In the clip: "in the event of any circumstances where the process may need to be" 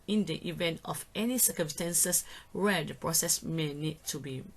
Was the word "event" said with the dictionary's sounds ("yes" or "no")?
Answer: yes